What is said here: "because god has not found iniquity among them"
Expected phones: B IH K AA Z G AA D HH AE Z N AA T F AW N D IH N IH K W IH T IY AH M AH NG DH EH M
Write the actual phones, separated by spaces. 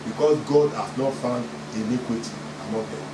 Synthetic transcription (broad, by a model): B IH K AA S G AA D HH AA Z N AA T F AW N D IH L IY K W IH T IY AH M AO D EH